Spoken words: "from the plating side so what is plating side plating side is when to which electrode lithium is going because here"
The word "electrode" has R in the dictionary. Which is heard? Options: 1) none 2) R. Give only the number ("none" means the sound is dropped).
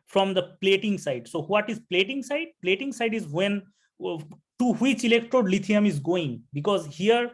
2